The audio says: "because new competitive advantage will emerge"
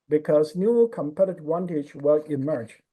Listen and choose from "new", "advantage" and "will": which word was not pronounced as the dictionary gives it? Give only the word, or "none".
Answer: advantage